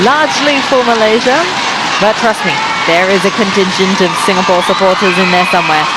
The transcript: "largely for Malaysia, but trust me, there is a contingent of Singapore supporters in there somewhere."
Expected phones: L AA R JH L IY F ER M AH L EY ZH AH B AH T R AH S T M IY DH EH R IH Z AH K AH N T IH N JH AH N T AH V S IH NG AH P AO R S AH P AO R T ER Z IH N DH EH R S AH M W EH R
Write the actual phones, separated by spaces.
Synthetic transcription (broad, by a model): L AA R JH L IY F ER M AH L EY ZH AH B AH T R AH S T M IY DH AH R IH Z AH K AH N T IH N SH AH N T AH V S IH NG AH P AO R S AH P AO R T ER Z IH N DH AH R S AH M W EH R